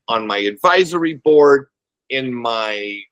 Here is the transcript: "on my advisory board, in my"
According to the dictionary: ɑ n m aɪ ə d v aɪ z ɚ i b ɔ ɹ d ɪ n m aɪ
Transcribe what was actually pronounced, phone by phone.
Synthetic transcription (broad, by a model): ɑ n m aɪ ə d v aɪ z ɚ i b ɔ ɹ d ɪ n m aɪ